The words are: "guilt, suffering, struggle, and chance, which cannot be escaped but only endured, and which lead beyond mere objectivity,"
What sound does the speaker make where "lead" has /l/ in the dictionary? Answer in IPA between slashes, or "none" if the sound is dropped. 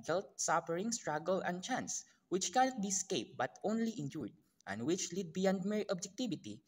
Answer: /l/